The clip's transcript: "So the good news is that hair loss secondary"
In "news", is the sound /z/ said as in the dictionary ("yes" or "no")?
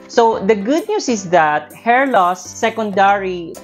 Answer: no